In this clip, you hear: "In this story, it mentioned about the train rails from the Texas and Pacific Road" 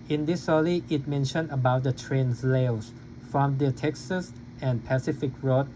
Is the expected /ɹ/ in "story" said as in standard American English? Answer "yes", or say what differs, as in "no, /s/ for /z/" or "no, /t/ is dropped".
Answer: no, /l/ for /ɹ/